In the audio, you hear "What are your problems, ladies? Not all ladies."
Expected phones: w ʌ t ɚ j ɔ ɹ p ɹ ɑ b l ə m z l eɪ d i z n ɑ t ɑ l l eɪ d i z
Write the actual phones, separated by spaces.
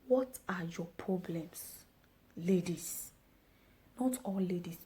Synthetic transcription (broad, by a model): w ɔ t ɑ j ɔ p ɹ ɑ b l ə m s l eɪ d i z n ɑ t ɑ l l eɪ d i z